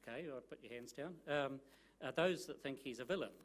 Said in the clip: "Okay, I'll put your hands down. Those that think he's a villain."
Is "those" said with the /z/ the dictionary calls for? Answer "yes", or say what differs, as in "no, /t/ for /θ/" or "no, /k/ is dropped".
yes